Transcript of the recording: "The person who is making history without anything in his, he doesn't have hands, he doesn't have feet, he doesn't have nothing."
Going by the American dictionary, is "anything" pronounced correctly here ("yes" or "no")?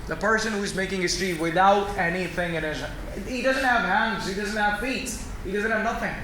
yes